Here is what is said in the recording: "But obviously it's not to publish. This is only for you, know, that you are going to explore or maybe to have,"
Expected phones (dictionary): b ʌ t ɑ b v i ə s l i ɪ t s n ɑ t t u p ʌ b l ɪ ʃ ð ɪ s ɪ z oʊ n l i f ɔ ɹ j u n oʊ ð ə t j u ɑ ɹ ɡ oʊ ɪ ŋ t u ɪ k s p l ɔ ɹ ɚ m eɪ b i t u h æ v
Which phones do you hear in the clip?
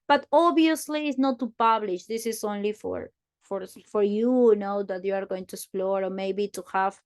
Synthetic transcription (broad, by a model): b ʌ t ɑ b i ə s l i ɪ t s n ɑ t t u p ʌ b l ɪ ʃ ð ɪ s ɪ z oʊ n l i f ɔ ɹ j u n oʊ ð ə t j u ɑ ɹ ɡ oʊ ɪ ŋ t u ɪ k s p l ɔ ɹ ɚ m eɪ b i t u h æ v